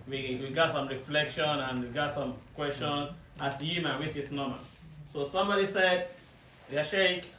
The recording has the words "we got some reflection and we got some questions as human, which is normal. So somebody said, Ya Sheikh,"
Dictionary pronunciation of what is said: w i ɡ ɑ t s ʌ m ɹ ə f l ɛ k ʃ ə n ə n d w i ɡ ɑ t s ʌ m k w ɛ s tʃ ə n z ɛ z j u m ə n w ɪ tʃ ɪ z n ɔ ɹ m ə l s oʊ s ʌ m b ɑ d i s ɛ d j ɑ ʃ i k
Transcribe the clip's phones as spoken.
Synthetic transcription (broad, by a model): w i ɡ ɑ t s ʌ m ɹ ə f l ɛ k ʃ ə n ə n w i ɡ ɑ t s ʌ m k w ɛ s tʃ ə n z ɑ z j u m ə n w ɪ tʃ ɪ s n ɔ m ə n s oʊ s ʌ m b ɑ d i s ɛ d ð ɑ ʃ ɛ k